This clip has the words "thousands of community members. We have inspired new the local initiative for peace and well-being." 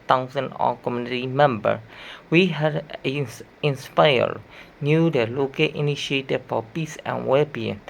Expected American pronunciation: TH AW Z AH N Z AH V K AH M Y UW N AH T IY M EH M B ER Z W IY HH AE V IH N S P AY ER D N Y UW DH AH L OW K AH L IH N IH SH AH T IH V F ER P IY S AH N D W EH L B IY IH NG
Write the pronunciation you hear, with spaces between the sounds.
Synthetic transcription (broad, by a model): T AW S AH N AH K AH M Y UW N AH T IY M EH M B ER W IY HH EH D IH N S P AY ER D N Y UW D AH L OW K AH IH N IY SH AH T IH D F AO P IY S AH N W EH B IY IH